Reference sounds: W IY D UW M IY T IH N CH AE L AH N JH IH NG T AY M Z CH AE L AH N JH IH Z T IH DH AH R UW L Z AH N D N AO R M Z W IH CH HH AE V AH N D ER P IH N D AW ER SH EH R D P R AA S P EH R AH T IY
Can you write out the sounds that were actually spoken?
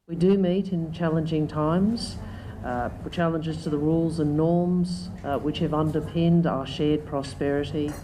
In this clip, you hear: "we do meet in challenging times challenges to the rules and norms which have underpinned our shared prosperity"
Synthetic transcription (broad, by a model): W IY D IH M IY T IH N CH AE L AH N JH IH NG T AY M Z CH AE L AH N JH IH Z T IH DH AH R UW L Z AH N N AO R M Z W IH CH HH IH V AH N D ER P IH N D AW ER SH EH R D P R AA S P EH R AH T IY